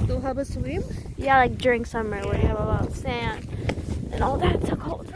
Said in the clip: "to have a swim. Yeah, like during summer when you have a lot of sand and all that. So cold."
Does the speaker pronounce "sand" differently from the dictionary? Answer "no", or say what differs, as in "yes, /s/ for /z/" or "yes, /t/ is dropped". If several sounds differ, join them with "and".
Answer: yes, /d/ is dropped